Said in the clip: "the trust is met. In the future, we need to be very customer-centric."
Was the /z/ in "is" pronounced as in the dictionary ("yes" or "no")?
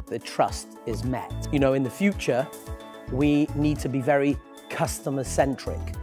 yes